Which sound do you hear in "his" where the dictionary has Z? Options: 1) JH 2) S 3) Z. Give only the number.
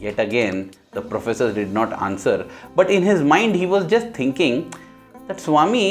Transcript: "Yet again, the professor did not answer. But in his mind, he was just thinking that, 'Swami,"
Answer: 3